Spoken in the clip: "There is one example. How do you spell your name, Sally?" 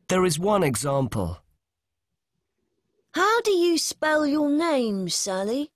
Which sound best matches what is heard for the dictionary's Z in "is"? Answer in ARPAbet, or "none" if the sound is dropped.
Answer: Z